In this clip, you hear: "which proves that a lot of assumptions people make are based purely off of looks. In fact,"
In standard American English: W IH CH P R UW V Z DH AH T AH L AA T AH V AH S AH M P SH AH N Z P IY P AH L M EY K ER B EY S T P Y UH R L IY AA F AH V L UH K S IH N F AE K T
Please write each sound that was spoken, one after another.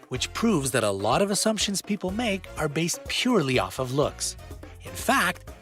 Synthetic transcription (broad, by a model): W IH CH P R UW V Z DH AH T AH L AA T AH V AH S AH M P SH AH N Z P IY P L M EY K ER B EY S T P Y UH R L IY AA F AH V L UH K S IH N F AE K T